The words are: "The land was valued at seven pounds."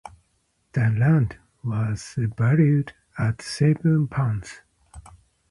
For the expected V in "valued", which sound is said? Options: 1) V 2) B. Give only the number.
2